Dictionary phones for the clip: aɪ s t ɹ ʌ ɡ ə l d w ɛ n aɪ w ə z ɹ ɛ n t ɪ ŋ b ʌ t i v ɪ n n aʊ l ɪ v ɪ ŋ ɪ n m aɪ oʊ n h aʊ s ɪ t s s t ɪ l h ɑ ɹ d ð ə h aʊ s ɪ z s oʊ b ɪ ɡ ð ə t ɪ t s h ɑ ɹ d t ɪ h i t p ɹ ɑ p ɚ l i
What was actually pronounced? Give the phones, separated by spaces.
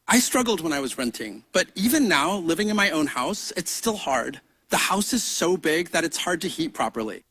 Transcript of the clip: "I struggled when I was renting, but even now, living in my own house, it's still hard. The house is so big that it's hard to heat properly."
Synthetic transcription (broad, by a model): aɪ s t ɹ ʌ ɡ l d w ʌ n aɪ w ə z ɹ ɛ n t ɪ ŋ b ʌ t i v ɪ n n aʊ l ɪ v ɪ ŋ ɪ n m aɪ oʊ n h aʊ s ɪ t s s t ɪ l h ɑ ɹ d ð ə h aʊ s ɪ z s oʊ b ɪ ɡ ð ə t ɪ t s h ɑ ɹ d t ɪ h i t p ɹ ɑ p ɚ l i